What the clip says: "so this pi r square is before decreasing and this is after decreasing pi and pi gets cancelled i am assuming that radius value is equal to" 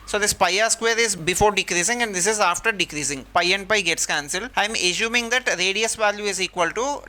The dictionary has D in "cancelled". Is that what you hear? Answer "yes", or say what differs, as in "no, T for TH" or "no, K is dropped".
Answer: no, D is dropped